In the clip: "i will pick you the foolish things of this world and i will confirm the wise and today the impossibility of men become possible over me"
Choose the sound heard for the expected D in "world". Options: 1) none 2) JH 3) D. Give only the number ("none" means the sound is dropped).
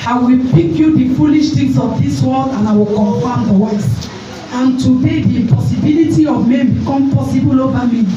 1